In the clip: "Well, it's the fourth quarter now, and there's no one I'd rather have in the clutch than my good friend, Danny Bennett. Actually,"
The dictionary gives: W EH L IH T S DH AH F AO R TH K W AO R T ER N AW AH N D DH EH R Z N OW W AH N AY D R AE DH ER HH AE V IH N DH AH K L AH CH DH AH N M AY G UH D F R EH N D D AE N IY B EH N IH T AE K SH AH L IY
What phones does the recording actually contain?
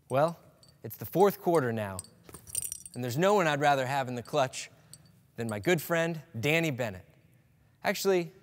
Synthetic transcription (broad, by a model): W EH L IH T S DH AH F AO R TH K W AO R T ER N AW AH N DH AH R Z N OW W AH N AY D R AE DH ER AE V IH N DH AH K L AH CH DH AH N M AY G UH D F R EH N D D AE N IY B EH N IH T AE K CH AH L IY